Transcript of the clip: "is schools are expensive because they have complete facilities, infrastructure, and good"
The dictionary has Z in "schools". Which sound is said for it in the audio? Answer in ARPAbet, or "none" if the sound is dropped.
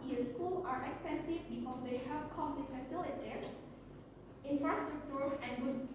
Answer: none